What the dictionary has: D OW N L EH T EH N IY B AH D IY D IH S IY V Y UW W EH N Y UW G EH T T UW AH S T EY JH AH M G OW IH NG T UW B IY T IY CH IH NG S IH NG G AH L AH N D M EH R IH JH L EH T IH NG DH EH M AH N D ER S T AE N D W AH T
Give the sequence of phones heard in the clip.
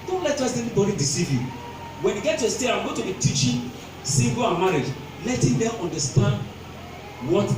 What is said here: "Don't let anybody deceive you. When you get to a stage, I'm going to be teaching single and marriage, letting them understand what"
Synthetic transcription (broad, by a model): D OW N L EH T EH N IY B AH D IY D IH S IY V Y UW W EH N Y UW G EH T T UW AH S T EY AH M G OW T UW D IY T IY CH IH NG S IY G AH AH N M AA R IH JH L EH T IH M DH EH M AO N D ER S T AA N D W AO T